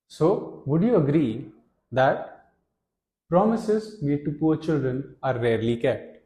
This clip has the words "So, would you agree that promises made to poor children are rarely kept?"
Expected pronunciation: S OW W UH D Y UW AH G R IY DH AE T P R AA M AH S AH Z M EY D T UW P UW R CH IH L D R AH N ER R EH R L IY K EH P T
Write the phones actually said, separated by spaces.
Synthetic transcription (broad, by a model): S OW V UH D Y UW AH G R IY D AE T P R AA M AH S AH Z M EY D T UW P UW R CH IH L D R AH N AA R EH R L IY K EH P T